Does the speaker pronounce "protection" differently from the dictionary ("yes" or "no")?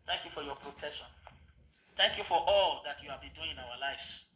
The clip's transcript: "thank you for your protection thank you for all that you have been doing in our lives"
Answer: yes